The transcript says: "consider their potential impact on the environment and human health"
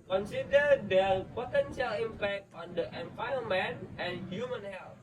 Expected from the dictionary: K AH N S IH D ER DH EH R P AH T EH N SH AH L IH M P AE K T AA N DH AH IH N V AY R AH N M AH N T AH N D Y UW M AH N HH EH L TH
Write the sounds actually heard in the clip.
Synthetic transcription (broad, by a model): K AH N S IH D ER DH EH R P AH T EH N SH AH L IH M P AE K T AA N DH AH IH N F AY AH M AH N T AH N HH Y UW M AH N HH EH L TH